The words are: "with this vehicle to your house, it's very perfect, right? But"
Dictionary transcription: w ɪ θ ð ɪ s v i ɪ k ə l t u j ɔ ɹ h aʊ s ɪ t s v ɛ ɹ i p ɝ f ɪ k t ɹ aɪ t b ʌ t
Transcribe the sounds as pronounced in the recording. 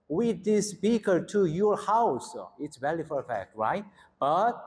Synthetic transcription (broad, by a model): w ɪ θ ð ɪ s p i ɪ k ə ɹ t u j ɔ ɹ h aʊ s ɪ t s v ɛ l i f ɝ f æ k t ɹ aɪ t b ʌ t